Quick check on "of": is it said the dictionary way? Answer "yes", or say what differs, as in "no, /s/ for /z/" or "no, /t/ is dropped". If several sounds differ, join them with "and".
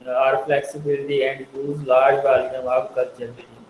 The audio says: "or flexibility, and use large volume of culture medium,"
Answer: no, /b/ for /v/